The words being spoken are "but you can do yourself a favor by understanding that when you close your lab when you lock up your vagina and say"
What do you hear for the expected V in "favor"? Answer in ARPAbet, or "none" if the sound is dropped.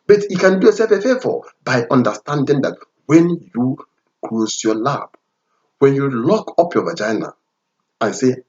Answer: F